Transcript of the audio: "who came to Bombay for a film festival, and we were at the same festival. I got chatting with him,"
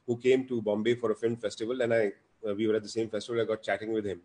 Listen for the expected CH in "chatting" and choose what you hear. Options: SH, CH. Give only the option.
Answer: CH